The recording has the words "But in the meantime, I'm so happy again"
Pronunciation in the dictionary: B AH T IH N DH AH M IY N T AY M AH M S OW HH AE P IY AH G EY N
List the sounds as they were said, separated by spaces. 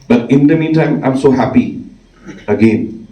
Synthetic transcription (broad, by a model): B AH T IH N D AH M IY T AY M AH M S OW HH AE P IY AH G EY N